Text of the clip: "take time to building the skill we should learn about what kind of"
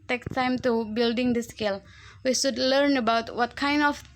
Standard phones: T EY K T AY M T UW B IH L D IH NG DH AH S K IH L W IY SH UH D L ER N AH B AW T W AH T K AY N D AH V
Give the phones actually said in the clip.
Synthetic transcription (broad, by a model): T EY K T AY M T UW B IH L D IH NG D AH S K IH L W IY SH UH D L ER N AH B AW T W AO T K AY N D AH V